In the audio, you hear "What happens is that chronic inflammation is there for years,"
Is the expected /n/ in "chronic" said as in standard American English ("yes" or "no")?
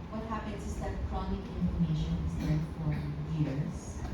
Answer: yes